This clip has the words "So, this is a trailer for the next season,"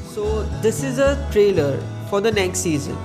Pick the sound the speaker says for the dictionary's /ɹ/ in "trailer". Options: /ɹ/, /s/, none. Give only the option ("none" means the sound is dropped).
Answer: /ɹ/